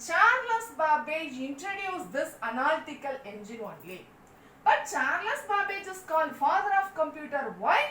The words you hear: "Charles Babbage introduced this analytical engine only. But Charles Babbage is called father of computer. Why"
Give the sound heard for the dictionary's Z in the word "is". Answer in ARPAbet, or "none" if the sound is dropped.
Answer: S